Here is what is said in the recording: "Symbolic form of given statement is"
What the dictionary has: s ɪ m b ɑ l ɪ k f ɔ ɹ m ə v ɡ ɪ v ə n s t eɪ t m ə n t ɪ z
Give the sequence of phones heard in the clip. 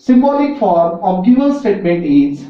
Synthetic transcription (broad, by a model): s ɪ m b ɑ l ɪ k f ɔ ɹ m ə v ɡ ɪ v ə l s t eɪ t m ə n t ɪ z